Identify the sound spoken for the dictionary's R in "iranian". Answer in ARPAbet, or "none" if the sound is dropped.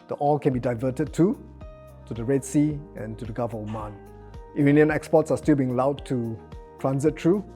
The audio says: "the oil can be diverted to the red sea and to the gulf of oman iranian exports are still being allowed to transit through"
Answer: none